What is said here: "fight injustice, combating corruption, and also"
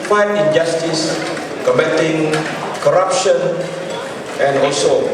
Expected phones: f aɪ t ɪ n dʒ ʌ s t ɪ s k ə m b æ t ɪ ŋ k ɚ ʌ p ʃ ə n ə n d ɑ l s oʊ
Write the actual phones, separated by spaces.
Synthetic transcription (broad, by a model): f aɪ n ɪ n dʒ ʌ s t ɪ s k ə m ɛ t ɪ ŋ k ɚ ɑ p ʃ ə n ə n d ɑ l s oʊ